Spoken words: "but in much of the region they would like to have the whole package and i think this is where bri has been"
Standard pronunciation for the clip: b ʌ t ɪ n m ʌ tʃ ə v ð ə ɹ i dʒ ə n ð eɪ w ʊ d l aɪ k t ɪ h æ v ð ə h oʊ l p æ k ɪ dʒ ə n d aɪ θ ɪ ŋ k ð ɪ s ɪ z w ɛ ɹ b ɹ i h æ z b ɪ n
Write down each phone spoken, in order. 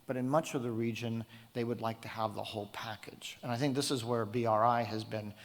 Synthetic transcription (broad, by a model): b ʌ t ɪ n m ʌ tʃ ə v ð ə ɹ i dʒ ə n ð eɪ w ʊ d l aɪ k t ɪ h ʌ v ð ə h oʊ l p æ k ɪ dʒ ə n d aɪ θ ɪ ŋ k ð ɪ s ɪ z w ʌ ɹ b ɹ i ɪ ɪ z b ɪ n